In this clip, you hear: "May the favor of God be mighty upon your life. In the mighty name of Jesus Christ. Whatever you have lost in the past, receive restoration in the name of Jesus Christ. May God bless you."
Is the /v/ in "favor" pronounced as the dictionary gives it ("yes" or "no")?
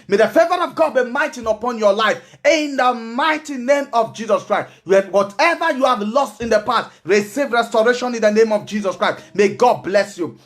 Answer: yes